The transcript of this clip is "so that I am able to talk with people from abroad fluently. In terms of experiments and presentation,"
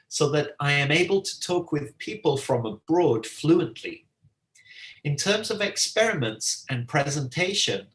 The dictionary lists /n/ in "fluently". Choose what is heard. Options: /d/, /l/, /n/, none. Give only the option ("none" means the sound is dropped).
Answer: /n/